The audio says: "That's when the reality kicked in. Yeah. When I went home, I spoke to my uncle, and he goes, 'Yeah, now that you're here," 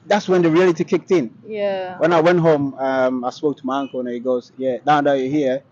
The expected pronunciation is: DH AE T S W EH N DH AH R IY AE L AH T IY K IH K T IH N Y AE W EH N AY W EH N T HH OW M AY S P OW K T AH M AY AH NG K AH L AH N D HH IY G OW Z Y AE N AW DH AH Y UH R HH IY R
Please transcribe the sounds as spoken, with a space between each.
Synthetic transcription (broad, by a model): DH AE T S W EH N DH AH R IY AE L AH T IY K IH K T IH N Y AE W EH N AY W EH N T HH OW M AY S P OW K T AH M AY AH NG K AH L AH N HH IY G OW Z Y AE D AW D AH Y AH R HH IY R